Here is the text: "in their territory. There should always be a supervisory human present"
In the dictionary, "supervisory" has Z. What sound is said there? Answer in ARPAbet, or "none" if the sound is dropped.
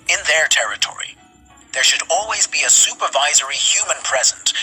Z